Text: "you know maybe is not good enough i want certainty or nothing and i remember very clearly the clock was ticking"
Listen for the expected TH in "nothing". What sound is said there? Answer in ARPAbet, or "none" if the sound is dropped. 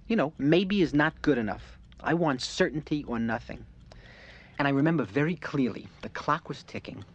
TH